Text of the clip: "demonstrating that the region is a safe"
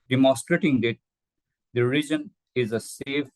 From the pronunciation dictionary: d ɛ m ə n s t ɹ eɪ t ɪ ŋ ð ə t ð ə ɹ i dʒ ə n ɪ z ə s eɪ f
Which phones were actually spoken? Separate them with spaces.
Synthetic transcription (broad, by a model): d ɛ m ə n s t ɹ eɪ t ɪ ŋ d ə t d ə ɹ i dʒ ə n ɪ z ə s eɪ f